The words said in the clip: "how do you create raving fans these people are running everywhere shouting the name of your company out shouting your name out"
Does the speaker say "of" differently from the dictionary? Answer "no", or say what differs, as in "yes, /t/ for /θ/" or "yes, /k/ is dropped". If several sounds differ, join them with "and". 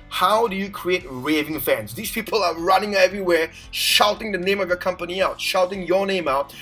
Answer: no